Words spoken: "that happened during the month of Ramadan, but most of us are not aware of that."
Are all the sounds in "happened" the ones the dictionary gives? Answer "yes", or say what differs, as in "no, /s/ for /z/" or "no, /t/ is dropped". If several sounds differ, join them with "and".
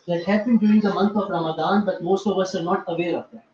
no, /b/ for /p/